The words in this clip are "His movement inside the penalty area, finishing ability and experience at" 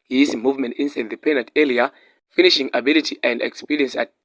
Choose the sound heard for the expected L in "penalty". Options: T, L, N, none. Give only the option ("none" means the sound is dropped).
none